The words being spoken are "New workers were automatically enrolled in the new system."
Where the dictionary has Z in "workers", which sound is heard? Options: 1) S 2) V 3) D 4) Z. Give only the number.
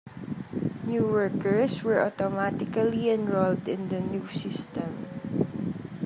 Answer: 1